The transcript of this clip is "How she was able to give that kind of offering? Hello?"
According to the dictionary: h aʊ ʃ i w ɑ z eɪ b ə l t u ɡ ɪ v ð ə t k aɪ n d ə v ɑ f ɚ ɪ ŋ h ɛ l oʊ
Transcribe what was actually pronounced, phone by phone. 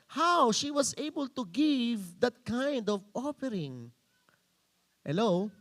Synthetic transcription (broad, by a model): h aʊ ʃ i w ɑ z eɪ b ə l t u ɡ ɪ v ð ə t k aɪ n d ə v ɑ p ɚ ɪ ŋ h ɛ l oʊ